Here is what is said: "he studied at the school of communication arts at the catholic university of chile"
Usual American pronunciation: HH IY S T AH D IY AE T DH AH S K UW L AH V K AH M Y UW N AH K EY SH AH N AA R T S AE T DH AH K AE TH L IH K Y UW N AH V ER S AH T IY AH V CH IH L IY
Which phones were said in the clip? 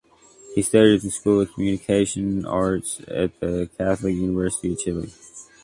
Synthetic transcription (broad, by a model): HH IY S T AH D IY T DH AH S K UW L AH V K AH M Y UW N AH K EY SH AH N AA R T S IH T DH AH K AE TH L IH K Y UW N AH V ER S AH T IY AH V CH IH L IY